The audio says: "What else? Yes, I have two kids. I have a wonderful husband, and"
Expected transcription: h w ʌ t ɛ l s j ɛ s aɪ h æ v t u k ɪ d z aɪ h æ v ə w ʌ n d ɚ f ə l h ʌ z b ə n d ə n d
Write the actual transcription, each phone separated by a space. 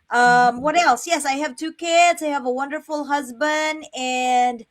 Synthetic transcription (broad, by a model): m w ʌ t ɛ l s j ɛ s aɪ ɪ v t u k ɪ d z aɪ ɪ v ə w ʌ n d ɚ f l h ʌ z b ə n d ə n